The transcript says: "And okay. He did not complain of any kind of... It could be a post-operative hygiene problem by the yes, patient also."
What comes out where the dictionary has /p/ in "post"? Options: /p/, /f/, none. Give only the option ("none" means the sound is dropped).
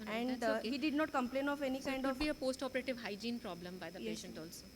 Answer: /p/